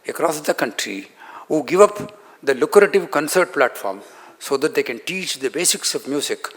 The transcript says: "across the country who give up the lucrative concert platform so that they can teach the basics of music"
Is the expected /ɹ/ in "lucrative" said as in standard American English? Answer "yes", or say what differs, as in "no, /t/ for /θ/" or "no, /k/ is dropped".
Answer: yes